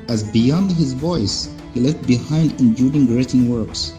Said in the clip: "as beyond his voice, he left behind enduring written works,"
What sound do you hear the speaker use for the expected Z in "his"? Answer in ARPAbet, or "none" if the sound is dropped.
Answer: Z